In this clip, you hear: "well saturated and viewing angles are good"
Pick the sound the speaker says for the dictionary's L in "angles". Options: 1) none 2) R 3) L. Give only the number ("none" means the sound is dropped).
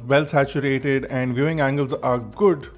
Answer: 3